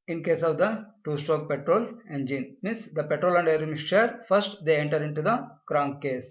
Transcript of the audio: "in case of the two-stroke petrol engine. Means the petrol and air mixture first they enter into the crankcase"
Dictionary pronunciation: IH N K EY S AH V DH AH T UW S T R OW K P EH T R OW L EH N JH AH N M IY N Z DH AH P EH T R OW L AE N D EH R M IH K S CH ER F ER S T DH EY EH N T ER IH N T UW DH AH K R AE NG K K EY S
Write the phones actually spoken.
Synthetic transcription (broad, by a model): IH N K EY S AH V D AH T UW S T OW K P EH T R OW L EH N JH AH N M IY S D AH P EH T R OW L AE N D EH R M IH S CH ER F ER S T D EY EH N T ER IH N T UW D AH K R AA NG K K EY S